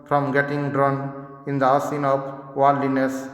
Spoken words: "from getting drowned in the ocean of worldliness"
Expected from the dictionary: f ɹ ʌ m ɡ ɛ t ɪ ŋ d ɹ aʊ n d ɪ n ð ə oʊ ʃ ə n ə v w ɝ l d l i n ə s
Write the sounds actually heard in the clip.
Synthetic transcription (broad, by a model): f ɹ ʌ m ɡ ɛ t ɪ ŋ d ɹ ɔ n ɪ n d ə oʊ s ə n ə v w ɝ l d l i n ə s